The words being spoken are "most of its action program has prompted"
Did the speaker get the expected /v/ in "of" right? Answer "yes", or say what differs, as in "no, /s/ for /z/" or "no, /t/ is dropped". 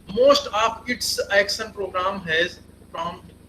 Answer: no, /p/ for /v/